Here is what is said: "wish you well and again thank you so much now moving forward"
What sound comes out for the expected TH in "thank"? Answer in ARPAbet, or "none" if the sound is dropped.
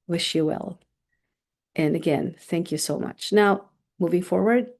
TH